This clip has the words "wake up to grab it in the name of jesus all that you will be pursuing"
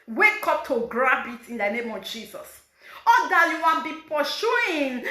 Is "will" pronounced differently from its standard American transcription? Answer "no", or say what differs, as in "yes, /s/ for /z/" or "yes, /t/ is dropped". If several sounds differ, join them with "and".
yes, /n/ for /l/